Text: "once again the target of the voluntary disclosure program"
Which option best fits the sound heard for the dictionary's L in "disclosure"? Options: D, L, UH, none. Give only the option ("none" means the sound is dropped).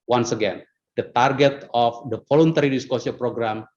none